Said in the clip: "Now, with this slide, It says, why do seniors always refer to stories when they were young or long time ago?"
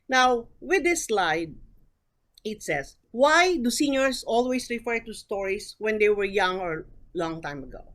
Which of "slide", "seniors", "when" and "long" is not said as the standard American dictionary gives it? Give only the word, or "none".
seniors